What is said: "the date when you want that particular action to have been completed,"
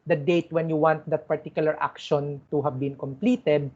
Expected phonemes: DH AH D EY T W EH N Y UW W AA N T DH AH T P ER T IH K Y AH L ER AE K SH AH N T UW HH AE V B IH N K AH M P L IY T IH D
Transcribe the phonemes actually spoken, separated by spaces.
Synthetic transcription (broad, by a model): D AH D EY T W EH N Y UW W AA N T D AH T P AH T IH K Y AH L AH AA K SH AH N T UW HH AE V B IH N K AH M P L IY T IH D